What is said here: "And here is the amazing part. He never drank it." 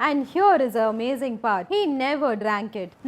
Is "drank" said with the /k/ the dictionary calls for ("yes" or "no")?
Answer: yes